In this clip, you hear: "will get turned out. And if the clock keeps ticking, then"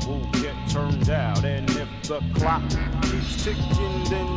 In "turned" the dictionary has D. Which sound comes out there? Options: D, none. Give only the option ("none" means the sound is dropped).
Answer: D